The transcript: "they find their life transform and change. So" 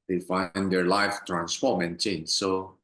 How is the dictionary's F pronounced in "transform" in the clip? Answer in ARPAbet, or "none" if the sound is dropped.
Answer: P